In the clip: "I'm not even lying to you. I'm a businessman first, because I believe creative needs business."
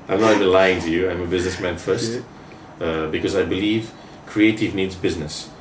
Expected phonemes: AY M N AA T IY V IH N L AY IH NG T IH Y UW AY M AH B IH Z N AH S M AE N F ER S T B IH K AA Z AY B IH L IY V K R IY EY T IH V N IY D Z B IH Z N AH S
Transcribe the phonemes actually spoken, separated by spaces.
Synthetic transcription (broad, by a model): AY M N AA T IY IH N L AY IH NG T IH Y UW AY M AH B IH Z N AH S M AE N F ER S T B IH K AA Z AY B IH L IY V K R IY EY T IH V N IY D Z B IH Z N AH S